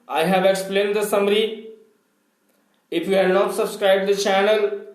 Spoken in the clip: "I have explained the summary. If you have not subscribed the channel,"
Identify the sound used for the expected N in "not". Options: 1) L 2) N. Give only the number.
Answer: 2